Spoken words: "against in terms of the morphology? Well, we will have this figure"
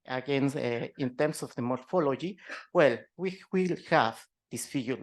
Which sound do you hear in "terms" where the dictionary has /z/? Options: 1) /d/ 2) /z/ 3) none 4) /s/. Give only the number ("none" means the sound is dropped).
4